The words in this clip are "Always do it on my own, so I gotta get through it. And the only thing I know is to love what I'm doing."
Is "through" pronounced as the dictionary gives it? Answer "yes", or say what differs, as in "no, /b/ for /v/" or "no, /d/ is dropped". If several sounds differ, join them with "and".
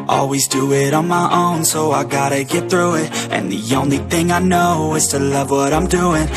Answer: yes